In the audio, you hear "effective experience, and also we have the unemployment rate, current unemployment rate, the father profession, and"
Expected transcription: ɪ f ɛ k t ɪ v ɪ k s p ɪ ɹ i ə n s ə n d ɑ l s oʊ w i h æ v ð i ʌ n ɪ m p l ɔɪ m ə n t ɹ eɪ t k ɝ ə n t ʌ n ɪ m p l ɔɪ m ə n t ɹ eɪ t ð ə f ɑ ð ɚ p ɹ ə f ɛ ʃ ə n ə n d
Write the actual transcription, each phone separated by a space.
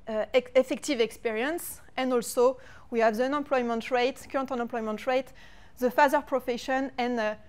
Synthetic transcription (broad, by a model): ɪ f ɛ k t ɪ v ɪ k s p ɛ ɹ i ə n s ə n d ɑ l s oʊ w i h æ v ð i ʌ n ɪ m p l ɔɪ m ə n t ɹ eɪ t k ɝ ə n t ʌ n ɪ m p l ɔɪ m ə n t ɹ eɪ t ð ə f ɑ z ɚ p ɹ ə f ɛ ʃ ə n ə n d